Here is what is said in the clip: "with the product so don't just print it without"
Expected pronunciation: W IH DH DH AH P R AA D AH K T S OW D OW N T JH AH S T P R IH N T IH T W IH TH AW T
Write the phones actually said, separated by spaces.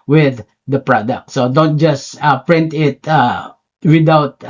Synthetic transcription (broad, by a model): W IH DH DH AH P R AA D AH K T S OW D OW N T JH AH S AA P R IH N T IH T W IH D AW T